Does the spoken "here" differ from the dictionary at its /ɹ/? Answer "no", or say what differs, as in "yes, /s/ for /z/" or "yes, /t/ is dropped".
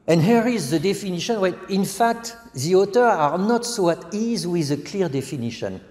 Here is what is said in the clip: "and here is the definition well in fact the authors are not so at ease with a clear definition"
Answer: no